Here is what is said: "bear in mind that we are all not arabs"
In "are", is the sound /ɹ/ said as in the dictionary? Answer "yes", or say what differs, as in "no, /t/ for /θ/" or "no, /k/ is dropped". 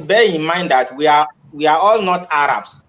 no, /w/ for /ɹ/